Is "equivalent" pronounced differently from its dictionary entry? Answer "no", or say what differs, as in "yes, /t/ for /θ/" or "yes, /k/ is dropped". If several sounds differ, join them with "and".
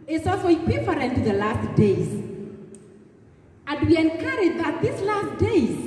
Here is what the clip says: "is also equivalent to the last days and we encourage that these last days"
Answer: yes, /f/ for /v/